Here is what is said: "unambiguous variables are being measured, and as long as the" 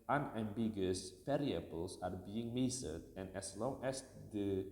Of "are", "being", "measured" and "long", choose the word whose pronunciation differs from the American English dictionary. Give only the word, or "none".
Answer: measured